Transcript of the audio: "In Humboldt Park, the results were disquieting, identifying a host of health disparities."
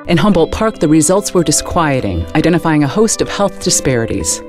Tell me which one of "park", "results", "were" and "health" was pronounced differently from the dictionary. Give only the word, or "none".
none